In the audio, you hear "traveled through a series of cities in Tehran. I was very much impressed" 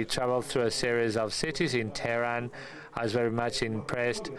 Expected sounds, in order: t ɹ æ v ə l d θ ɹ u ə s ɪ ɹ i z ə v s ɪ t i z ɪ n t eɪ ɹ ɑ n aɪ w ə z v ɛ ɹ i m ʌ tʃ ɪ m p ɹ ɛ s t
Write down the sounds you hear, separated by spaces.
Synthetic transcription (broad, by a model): t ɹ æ v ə l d θ ɹ u ə s ɪ ɹ i z ə v s ɪ t i z ɪ n t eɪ ɹ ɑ n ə z v ɛ ɹ i m ʌ tʃ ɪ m p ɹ ɛ s t